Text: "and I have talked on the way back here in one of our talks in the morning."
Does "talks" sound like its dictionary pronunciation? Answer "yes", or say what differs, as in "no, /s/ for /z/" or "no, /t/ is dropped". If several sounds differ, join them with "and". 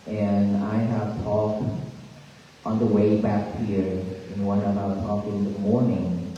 no, /s/ is dropped